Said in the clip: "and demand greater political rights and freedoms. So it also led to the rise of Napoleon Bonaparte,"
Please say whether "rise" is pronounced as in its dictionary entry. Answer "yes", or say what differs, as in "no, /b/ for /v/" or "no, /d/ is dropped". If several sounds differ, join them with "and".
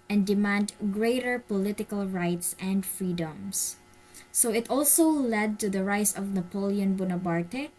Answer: no, /s/ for /z/